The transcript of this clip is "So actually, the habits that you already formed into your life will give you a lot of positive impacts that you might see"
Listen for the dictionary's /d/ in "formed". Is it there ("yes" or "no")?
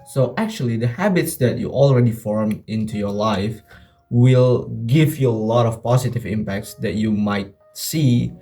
no